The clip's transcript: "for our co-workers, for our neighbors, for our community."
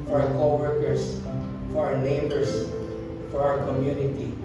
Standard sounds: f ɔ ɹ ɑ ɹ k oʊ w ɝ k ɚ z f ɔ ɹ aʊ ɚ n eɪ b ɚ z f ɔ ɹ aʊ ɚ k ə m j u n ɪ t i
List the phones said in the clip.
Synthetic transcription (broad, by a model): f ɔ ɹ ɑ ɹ k oʊ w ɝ k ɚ s f ɔ ɹ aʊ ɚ n eɪ b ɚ s f ɔ ɹ aʊ ɚ k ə m j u n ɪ t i